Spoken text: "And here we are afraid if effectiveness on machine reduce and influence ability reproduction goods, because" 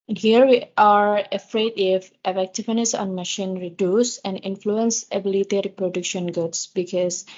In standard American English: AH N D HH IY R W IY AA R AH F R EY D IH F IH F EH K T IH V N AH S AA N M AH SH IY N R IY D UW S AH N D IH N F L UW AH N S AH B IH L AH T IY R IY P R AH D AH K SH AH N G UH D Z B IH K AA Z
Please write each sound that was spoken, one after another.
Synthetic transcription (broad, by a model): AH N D HH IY R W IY AA R AH F R EY D IH F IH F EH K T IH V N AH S AA N M AH SH IY N R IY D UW S AH N D IH N F L UW AH N S AH B IH L AH T IY R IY P R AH D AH K SH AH N G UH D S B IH K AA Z